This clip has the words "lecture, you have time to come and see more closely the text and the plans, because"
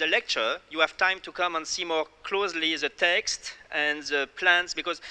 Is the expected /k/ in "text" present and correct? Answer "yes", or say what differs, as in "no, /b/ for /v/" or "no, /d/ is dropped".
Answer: yes